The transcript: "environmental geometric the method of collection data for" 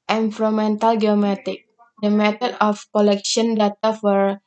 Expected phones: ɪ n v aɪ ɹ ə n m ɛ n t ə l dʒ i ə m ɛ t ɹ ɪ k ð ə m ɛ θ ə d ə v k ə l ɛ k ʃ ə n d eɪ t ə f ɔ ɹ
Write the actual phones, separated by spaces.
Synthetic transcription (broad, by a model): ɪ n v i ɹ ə m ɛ n t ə l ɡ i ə m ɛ t ɪ k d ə m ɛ t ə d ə f k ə l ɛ k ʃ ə n d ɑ t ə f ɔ ɹ